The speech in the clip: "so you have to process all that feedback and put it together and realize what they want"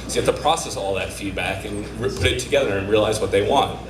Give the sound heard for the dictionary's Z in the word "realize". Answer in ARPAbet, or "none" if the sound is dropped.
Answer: Z